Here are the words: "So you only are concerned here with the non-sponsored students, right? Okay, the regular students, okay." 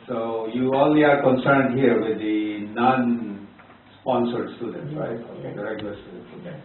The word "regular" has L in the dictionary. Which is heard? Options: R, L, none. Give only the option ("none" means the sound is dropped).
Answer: none